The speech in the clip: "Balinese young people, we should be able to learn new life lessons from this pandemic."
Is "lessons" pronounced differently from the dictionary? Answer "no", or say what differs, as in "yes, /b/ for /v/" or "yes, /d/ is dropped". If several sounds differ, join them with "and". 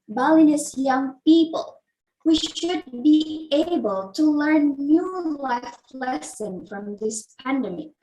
yes, /z/ is dropped